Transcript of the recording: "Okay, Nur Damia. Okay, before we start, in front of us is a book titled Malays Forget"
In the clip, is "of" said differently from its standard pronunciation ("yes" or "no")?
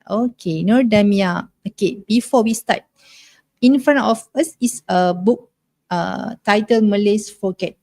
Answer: yes